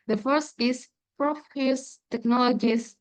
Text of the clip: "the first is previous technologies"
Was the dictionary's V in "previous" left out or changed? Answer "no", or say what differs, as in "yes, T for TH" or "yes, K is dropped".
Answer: yes, F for V